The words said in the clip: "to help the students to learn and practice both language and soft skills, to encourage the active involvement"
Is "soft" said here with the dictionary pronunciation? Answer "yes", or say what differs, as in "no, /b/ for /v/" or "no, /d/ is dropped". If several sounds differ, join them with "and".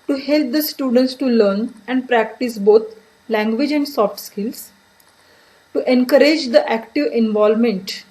yes